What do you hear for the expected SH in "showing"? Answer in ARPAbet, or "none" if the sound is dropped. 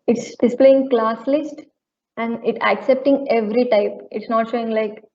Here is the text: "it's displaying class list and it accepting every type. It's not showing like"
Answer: SH